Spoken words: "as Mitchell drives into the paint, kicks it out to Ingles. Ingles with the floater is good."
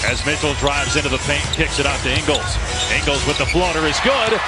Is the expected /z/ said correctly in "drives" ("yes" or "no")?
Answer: yes